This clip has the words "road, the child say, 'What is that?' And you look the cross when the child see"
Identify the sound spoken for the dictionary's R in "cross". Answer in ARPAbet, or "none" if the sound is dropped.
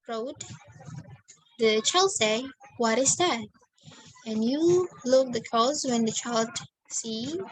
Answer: none